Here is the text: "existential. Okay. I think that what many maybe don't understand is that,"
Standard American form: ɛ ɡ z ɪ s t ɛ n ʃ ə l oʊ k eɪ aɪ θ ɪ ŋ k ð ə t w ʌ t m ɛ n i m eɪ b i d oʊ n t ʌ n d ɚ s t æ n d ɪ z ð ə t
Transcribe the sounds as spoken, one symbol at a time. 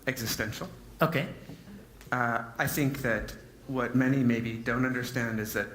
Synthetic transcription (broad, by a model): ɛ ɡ z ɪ s t ɛ n ʃ l oʊ k eɪ aɪ θ ɪ ŋ k ð ə t w ʌ t m ɛ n i m eɪ b i d oʊ n t ʌ n d ɚ s t æ n d ɪ z ð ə t